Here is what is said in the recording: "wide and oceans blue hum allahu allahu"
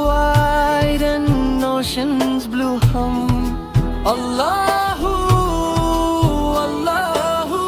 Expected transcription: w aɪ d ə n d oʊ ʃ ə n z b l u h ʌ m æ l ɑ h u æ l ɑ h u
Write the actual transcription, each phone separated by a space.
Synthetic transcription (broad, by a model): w aɪ d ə n oʊ ʃ ə n z b l u h ʌ m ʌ l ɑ h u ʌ l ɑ h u